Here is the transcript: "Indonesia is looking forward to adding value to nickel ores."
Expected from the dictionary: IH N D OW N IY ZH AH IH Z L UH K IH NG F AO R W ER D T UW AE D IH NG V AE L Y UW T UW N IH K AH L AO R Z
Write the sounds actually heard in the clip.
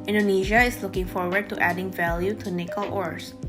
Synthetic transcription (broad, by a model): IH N D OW N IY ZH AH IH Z L UH K IH NG F AO R W ER D T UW AE D IH NG V AE L Y UW T UW N IH K AH L AO R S